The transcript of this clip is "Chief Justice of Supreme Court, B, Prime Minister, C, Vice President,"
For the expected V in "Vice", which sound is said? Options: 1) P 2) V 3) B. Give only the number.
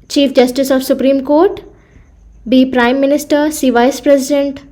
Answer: 2